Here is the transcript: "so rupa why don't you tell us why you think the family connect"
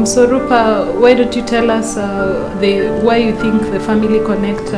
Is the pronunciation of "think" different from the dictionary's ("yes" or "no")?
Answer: no